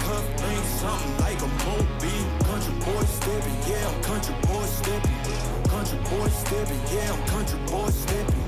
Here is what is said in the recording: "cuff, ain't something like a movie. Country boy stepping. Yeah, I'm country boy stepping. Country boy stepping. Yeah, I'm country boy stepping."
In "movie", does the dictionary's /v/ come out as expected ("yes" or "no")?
no